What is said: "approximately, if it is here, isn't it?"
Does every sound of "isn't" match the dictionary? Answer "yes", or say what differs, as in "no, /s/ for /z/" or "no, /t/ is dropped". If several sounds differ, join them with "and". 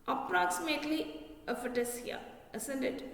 no, /s/ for /z/